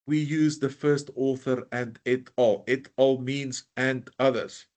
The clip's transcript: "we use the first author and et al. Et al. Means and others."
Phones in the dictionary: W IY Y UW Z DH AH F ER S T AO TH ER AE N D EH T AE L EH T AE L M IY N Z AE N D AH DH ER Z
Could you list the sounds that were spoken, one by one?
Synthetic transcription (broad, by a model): W IY Y UW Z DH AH F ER S T AO TH ER AE N D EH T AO L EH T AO L M IY N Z AE N D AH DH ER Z